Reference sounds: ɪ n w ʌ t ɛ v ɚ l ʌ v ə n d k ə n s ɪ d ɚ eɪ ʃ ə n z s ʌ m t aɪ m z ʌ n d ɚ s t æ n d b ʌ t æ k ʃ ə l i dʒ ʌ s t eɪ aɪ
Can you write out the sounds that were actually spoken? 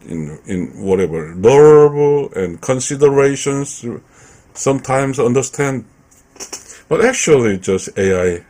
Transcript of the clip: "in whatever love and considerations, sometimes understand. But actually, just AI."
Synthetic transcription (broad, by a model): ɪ n w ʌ t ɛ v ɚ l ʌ b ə n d k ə n s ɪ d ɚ eɪ ʃ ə n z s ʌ m t aɪ m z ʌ n d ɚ s t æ n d b ʌ t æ k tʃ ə l i dʒ ʌ s t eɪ aɪ